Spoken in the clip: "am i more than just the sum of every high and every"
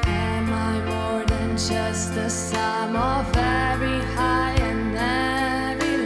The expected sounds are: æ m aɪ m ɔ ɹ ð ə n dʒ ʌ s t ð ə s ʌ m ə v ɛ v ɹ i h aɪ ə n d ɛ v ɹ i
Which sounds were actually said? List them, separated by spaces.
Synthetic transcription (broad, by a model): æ m aɪ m ɔ ɹ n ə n dʒ ʌ s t ð ə s ʌ m ə v ɛ ɹ i h aɪ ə n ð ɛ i